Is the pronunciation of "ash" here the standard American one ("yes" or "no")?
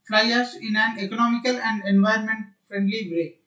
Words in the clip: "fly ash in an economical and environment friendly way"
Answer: no